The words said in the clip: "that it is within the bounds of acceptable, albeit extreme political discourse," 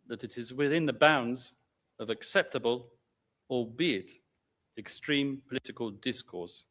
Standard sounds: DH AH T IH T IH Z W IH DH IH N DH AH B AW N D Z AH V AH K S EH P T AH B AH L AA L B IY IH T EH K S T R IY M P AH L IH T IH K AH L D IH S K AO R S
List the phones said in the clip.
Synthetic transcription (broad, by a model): DH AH T IH T IH Z W IH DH IH N DH AH B AW N D Z AH V AH K S EH P T AH B AH L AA B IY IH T EH K S T R IY M P AH L IH T IH K AH L D IH S K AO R S